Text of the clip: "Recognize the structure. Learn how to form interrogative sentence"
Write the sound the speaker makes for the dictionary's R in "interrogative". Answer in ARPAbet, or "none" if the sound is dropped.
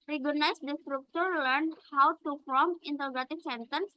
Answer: L